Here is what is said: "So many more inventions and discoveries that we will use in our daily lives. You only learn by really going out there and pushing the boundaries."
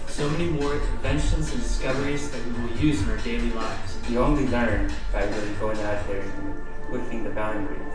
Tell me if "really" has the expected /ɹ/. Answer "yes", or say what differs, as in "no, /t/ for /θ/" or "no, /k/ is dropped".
no, /w/ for /ɹ/